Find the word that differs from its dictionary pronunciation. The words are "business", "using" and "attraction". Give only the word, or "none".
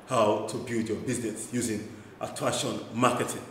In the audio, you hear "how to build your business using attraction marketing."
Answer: attraction